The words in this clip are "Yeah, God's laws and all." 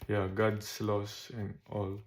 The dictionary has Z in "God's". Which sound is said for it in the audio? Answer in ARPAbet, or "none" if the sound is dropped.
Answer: S